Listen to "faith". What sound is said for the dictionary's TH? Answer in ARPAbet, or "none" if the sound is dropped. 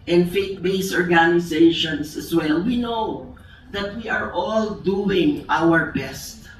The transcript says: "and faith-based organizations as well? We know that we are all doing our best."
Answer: T